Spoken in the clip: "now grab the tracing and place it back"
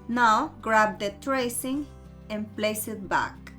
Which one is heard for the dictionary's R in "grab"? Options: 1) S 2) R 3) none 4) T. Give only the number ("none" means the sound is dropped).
2